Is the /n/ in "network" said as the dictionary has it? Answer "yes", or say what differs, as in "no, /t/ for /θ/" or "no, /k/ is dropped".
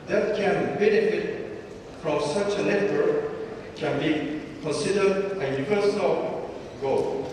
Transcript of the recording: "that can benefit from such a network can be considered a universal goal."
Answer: no, /l/ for /n/